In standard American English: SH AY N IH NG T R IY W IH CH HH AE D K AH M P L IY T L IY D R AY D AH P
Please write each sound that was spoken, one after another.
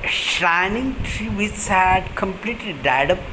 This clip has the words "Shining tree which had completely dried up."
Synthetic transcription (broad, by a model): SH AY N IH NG T R IY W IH S HH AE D K AH M P L IY T L IY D AY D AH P